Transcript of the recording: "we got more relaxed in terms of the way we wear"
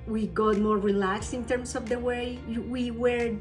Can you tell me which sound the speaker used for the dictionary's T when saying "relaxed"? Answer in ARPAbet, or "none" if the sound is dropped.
none